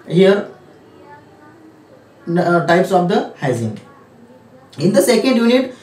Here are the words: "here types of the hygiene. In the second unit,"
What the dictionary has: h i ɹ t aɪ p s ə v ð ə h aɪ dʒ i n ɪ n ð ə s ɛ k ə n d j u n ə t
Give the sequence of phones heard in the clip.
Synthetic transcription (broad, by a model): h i ɹ t aɪ p s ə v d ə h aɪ z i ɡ ɪ n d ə s ɛ k ə n d j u n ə t